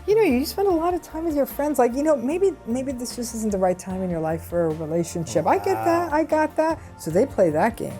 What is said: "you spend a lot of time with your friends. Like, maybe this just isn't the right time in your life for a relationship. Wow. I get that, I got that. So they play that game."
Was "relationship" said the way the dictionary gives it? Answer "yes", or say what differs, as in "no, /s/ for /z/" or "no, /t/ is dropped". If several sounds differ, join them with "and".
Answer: yes